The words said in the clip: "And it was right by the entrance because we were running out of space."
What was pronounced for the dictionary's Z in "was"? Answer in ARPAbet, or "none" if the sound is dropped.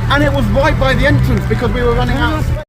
Z